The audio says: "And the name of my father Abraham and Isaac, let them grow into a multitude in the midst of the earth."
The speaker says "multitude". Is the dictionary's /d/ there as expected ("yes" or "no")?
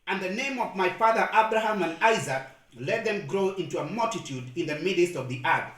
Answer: yes